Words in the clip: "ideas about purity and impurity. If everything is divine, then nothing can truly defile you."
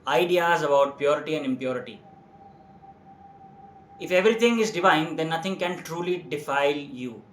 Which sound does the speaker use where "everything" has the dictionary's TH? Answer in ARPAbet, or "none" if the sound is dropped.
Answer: T